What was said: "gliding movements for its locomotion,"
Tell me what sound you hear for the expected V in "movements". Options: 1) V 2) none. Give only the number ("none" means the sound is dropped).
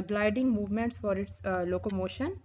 1